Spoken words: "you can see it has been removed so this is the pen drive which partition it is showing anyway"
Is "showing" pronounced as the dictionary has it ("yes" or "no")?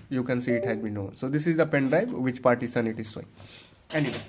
no